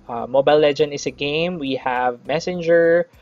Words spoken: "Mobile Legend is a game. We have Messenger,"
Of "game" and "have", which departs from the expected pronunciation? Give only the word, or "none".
none